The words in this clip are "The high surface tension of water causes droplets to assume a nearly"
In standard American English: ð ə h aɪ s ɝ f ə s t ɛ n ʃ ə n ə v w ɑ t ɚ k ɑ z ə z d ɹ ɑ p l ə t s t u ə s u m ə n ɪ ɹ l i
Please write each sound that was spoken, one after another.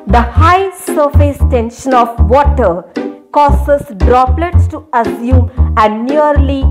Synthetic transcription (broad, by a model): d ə h aɪ s ɝ f ə s t ɛ n ʃ ə n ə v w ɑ t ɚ k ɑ s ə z d ɹ ɑ p l ə t s t u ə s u ə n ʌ ɹ l i